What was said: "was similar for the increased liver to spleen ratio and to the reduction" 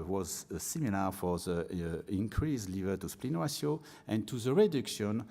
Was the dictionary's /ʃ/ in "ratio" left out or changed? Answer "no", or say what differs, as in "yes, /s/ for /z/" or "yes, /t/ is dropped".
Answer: yes, /s/ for /ʃ/